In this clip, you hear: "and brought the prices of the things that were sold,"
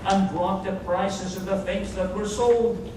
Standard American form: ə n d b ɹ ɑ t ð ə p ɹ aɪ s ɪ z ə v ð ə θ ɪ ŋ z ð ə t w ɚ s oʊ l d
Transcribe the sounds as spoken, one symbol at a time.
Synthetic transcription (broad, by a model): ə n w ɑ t ð ə p ɹ aɪ s ɪ z ə v ð ə f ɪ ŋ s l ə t w ɚ s oʊ l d